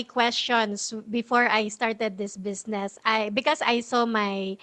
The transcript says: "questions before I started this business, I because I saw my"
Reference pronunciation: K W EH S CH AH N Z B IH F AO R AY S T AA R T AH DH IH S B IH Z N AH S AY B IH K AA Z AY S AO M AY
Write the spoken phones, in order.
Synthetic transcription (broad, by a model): K W EH S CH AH N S B IH F AO R AY S T AA R T AH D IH S B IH S N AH S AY B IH K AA S AY S AO M AY